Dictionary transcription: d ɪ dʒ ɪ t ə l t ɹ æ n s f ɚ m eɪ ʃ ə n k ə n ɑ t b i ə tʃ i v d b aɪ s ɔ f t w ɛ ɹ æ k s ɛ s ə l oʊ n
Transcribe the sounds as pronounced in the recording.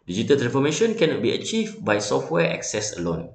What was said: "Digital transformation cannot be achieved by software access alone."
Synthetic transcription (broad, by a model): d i dʒ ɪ t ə l t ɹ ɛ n f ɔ m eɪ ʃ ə n k ə n ɑ t b i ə tʃ i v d b aɪ s ɔ f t w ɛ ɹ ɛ k s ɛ s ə l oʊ n